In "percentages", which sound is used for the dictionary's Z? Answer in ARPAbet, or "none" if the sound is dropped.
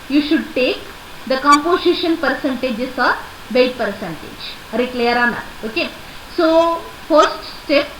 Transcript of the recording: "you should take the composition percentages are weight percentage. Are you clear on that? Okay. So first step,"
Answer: S